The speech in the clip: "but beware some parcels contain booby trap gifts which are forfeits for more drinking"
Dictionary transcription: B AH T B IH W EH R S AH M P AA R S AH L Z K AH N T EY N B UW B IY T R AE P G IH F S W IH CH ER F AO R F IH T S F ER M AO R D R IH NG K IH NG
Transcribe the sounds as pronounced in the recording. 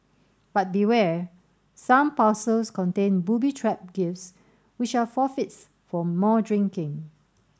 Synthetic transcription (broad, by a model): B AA T B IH W EH S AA M P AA S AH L S K AH N T EY N B UW B IY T R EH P G IH F S W IH CH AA F AO F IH T S F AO M AO D R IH NG K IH NG